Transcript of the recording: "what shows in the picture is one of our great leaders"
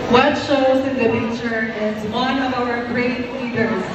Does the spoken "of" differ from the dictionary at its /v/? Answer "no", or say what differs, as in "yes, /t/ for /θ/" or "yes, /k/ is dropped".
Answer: no